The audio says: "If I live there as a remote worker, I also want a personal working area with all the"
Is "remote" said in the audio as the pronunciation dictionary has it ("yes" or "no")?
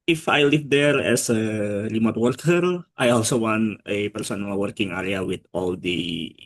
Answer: no